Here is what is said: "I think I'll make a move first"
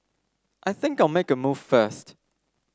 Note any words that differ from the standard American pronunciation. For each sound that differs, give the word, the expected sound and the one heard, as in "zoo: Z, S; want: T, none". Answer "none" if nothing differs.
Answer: none